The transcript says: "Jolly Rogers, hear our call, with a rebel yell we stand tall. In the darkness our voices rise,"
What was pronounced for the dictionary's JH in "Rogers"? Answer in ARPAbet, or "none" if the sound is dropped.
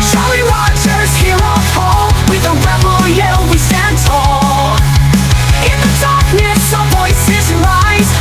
CH